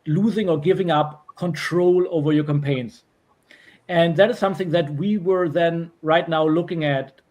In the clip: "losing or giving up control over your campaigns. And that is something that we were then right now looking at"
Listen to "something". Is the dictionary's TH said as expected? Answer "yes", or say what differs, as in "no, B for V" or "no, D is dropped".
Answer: yes